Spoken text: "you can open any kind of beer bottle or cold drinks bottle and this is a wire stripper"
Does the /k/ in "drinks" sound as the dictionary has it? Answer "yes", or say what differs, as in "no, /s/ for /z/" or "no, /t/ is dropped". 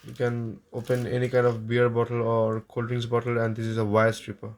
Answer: no, /k/ is dropped